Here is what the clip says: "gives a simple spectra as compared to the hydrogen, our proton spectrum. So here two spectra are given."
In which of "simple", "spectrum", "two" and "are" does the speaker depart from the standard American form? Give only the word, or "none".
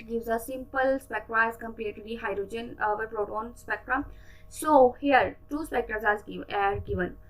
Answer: none